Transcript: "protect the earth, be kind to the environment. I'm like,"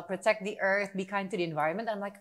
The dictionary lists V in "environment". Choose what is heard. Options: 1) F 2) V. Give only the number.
2